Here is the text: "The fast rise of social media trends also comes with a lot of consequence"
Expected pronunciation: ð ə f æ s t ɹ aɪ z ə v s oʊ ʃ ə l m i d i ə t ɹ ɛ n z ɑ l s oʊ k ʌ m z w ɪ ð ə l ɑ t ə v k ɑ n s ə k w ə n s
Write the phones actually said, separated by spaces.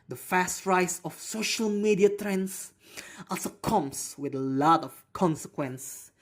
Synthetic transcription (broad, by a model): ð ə f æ s t ɹ aɪ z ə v s oʊ ʃ ə l m i d i ə t ɹ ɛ n s ɑ l s oʊ k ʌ m s w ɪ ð ə l ɑ t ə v k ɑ n s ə k w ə n s